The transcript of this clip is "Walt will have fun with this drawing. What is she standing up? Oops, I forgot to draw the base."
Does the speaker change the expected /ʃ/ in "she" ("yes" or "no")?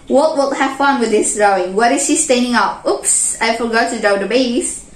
no